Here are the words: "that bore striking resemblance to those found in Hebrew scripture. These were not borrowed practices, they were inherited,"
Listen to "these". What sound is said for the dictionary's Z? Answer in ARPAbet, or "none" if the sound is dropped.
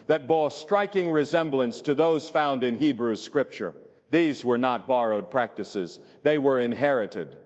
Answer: Z